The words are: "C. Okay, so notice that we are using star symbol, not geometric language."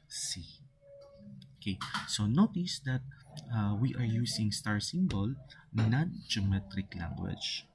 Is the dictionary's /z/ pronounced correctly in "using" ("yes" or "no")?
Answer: no